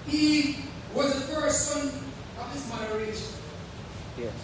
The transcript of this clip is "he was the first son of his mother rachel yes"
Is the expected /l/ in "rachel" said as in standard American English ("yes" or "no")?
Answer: no